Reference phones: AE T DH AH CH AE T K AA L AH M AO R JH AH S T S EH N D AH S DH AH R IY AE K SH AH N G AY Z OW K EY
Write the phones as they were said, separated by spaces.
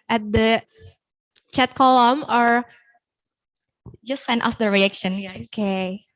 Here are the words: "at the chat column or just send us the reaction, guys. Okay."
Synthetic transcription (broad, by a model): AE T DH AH CH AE T K AA L AH M AO R JH AH S T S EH N AH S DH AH R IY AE K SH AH N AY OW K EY